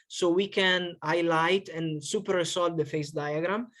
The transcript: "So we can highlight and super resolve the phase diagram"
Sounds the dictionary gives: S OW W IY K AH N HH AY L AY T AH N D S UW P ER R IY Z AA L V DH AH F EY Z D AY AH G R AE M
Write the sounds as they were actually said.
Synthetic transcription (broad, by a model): S OW W IY K AH N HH AY L AY T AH N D S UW P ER R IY S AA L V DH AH F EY S D AY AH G R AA M